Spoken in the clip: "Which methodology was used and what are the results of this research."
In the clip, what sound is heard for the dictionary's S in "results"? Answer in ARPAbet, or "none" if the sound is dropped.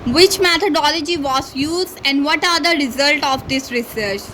none